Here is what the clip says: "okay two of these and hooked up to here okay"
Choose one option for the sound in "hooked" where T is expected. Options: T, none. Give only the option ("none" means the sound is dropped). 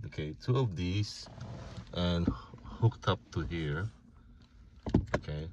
T